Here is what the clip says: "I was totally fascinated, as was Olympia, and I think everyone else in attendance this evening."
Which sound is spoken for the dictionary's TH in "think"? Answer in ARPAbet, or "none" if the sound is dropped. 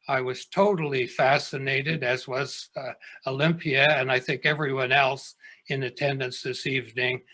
TH